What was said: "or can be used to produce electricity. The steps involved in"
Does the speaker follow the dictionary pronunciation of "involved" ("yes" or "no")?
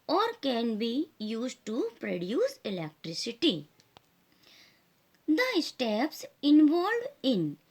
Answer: no